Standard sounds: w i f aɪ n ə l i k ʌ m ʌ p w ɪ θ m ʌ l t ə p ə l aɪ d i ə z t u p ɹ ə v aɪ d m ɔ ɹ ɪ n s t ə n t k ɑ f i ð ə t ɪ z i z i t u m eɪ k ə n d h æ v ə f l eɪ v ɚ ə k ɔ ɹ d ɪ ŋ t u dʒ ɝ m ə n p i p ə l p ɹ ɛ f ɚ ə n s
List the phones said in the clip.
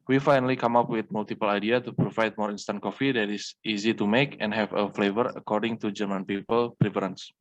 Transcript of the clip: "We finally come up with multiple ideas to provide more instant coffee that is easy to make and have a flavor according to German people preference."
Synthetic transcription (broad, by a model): w i f aɪ n ə l i k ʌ m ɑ p w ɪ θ m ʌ l t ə p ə l aɪ d i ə t u p ɹ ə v aɪ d m ɔ ɹ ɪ n s t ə n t k ɑ f i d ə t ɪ s i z i t u m eɪ k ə n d h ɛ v ə f l eɪ v ɚ ə k ɔ ɹ d ɪ ŋ t u dʒ ɝ m ə n p i p ə l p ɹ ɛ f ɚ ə n s